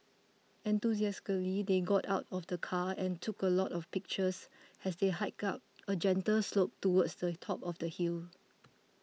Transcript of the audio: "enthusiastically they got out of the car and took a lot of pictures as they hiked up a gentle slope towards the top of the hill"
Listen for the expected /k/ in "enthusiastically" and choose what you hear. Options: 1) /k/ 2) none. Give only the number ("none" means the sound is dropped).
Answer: 2